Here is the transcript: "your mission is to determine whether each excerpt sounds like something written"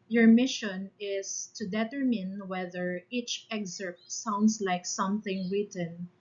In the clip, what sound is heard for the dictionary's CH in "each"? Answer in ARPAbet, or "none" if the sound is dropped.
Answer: CH